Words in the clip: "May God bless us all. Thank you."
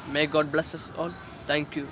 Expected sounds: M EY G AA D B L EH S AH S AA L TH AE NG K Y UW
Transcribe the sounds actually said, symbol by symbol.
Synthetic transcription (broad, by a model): M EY G AA D B L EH S AH S AA L T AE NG K Y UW